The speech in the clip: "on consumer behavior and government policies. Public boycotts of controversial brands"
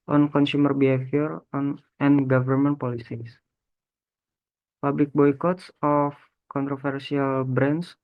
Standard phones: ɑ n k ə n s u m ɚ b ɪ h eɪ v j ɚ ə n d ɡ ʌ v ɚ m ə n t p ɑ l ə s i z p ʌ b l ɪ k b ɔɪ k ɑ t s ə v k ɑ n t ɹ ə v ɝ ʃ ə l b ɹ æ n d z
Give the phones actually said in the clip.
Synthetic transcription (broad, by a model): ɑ n k ə n s u m ɚ b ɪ h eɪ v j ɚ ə n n ɡ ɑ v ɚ m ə n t p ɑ l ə s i s p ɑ b l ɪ k b ɔɪ k ɑ t s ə f k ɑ n t ɹ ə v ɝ s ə l b ɹ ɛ n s